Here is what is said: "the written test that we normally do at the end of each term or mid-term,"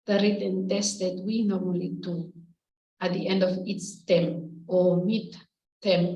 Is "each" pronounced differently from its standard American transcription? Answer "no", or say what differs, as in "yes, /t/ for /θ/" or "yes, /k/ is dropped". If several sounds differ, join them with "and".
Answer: yes, /s/ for /tʃ/